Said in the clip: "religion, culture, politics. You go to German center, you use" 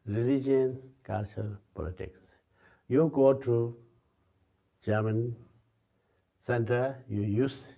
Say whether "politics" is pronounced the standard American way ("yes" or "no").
yes